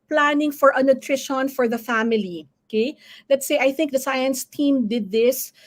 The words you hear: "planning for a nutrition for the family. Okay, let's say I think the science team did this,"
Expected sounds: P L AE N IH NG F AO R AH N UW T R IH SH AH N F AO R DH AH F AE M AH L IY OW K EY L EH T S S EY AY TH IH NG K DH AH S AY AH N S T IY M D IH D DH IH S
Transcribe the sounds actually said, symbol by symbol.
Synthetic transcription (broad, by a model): P L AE N IH NG F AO R AH N UW T R IH SH AH N F AO R DH AH F AE M AH L IY OW K EY L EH T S S EY AY TH IH NG K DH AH S AY AH N S T IY M D IH D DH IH S